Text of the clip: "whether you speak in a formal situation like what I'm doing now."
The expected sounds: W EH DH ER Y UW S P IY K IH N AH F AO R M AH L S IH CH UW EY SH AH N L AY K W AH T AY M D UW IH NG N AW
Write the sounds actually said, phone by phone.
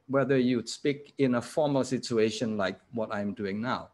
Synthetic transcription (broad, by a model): W EH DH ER Y UW S P IY K IH N AH F AO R M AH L S IH CH UW EY SH AH N L AY K W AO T AY M D UW IH NG N AW